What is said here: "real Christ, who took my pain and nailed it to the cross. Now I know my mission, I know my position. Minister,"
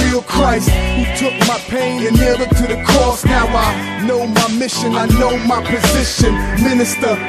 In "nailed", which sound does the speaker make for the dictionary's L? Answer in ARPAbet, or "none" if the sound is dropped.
none